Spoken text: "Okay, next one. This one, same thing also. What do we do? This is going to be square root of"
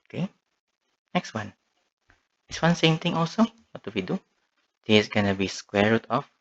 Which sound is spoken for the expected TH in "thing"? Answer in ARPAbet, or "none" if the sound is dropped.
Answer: T